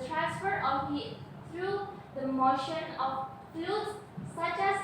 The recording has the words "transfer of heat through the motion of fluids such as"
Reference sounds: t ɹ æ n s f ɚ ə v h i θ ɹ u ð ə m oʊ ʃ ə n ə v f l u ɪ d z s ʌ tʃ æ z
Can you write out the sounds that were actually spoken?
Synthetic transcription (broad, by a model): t ɹ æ n s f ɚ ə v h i t ɹ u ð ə m oʊ ʃ ə n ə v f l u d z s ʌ tʃ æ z